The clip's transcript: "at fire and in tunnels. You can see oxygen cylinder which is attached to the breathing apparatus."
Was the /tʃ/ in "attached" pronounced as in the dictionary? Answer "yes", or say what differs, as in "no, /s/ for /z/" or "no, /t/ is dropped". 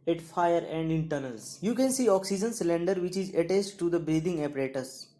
no, /s/ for /tʃ/